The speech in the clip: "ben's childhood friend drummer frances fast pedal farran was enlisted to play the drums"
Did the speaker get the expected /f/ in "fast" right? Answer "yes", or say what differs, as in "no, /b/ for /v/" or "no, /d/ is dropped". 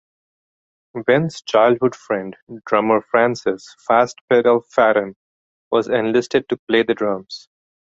yes